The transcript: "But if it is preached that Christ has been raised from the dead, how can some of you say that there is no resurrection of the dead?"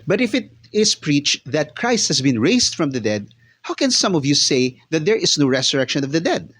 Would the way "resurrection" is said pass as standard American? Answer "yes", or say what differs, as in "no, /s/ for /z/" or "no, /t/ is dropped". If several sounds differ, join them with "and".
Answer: no, /s/ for /z/